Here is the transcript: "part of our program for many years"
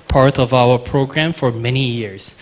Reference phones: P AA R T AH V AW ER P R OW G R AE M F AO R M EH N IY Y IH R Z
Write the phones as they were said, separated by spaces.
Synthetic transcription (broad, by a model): P AA R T AH V AW ER P R OW G R AE M F AO R M EH N IY Y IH R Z